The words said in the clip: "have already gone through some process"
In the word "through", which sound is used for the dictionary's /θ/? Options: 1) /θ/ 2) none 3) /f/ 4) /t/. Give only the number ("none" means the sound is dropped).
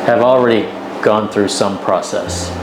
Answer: 1